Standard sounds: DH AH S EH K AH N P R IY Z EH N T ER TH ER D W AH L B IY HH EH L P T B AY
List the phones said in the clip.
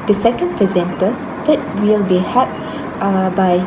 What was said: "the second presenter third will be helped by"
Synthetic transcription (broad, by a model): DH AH S EH K AH N P R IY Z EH N T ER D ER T W AH L B IY HH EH P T B AY